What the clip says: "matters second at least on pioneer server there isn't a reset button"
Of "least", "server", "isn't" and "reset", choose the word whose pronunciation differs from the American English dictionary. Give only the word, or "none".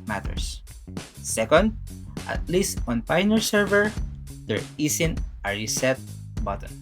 isn't